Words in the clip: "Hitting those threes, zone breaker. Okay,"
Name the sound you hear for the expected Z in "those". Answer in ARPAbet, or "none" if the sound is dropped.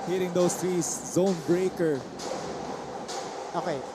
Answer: S